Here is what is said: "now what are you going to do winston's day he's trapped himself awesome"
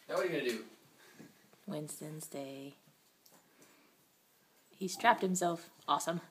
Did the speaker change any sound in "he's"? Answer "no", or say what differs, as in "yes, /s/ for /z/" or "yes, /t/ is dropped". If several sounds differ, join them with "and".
yes, /s/ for /z/